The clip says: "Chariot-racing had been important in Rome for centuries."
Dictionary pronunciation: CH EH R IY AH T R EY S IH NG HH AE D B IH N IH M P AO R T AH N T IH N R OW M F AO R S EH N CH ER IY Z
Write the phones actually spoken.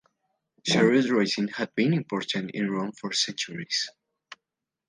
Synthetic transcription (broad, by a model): SH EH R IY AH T R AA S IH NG HH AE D B IH N IH M P AO R T AH N T IH N R OW M F AO R S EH N CH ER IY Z